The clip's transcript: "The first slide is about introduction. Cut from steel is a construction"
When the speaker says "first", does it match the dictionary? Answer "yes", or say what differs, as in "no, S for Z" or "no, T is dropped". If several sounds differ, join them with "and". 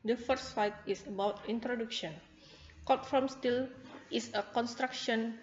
no, S is dropped